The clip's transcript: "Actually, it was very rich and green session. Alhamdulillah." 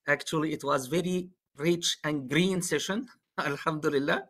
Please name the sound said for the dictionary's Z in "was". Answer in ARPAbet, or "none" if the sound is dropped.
Z